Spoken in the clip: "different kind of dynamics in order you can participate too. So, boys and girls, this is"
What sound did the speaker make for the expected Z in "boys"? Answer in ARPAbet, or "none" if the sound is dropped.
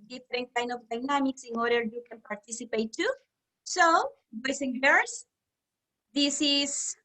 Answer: S